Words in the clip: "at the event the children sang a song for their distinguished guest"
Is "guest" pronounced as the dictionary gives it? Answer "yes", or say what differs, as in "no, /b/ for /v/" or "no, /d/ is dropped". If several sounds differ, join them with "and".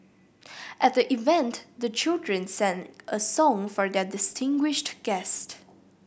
yes